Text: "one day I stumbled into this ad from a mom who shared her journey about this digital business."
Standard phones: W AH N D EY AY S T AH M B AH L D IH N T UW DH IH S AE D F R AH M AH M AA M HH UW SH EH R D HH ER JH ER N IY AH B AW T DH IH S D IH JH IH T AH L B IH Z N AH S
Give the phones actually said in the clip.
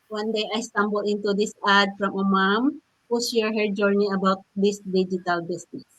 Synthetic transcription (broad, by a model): W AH N D EY AY S T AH M B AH L IH N T UW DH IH S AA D F R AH M AH M AA M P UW S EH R HH ER JH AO N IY AH B AW T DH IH S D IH JH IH T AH L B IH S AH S